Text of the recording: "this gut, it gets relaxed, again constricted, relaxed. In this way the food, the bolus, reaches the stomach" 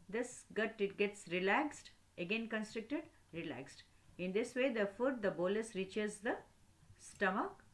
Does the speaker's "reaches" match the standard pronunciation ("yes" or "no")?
yes